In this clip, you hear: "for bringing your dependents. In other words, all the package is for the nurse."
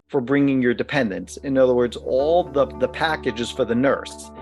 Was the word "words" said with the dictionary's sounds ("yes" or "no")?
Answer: yes